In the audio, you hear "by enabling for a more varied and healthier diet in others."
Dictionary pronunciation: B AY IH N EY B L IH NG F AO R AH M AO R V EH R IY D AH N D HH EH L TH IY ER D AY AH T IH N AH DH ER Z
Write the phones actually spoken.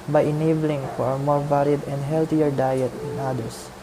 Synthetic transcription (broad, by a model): B AY IH N EY B L IH NG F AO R AH M AO R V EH R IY D AH N D HH EH L T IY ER D AY AH T IH N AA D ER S